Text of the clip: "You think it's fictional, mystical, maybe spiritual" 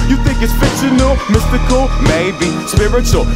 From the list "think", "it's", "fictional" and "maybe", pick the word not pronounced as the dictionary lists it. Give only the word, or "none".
fictional